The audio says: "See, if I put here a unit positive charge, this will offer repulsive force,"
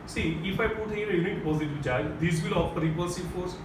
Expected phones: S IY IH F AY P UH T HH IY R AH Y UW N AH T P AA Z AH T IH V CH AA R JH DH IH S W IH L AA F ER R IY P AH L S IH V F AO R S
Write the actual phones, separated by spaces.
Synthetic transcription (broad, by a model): S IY IH F AY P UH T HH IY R AH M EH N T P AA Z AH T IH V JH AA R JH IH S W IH L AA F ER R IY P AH S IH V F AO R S